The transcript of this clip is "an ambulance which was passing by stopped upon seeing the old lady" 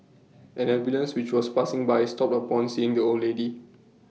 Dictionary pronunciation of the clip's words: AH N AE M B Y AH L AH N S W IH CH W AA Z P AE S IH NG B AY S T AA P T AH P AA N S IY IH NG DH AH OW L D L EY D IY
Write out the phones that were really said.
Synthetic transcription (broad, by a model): AH N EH B Y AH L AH N S W IH CH W AA S P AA S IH NG B AY S T AA P T AH P AA N S IY IH NG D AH OW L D L EY D IY